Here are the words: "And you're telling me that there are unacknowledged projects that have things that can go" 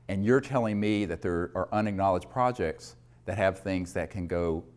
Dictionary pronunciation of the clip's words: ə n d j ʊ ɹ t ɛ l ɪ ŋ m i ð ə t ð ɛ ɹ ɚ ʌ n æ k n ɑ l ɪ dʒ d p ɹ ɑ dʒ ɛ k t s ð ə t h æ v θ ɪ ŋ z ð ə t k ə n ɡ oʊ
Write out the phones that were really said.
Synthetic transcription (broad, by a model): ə n j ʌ ɹ t ɛ l ɪ ŋ m i ð ə t ð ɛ ɹ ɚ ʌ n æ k n ɑ l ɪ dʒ p ɹ ɑ dʒ ɛ k t s ð ə t h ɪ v θ ɪ ŋ z ð ə t k ə n ɡ oʊ